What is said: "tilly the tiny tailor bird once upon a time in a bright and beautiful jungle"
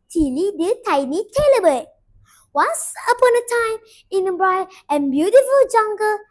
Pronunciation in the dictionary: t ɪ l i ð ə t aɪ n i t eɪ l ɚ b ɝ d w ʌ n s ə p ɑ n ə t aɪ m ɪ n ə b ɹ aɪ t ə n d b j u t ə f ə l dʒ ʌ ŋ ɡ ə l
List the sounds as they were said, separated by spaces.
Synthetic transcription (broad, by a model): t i l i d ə t aɪ n i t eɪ l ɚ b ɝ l w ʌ s ə p ɑ n ə t aɪ m ɪ n ə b ɹ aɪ ə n b j u t ə f ə l dʒ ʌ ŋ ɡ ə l